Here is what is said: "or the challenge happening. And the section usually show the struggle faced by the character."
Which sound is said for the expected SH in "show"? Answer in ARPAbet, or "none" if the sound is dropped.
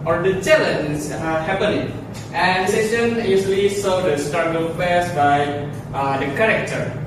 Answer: S